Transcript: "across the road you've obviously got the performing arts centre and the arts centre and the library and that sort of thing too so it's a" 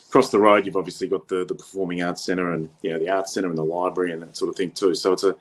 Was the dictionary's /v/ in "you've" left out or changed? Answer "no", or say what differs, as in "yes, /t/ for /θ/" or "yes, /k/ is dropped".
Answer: no